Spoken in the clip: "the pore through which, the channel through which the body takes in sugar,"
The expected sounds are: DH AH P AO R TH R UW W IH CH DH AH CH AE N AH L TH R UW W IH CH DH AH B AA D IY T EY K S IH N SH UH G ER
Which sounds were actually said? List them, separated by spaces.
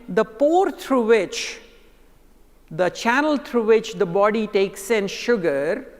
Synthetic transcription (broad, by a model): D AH P AO R T R UW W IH CH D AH CH AE N AH L T R UW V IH CH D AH B AA D IY T EY K S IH N SH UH G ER